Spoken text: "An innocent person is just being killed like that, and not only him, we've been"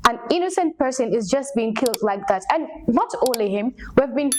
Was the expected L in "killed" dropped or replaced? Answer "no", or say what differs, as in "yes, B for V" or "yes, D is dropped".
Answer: no